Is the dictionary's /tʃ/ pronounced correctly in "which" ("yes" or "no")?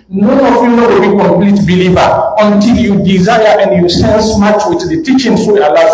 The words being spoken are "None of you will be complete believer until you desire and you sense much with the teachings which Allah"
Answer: no